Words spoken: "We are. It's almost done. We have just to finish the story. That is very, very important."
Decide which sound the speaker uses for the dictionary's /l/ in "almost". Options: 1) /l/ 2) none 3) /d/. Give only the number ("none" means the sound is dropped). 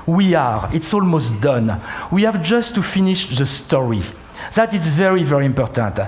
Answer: 1